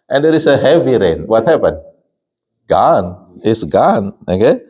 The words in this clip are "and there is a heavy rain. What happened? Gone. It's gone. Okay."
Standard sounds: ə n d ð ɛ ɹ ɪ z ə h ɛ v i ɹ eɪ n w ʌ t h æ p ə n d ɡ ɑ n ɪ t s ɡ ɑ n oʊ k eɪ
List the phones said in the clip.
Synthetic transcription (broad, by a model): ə n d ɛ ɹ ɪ s ə h ɛ v i ɹ eɪ n w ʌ t h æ p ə n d ɡ ɑ n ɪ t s ɡ ɑ n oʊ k eɪ